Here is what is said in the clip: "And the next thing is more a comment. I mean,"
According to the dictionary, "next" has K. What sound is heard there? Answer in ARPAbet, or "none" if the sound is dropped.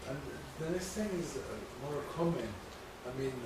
none